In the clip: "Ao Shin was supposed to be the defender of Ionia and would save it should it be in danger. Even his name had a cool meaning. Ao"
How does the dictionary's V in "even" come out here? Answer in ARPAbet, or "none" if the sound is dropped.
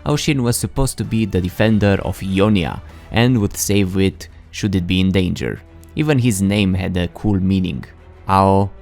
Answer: V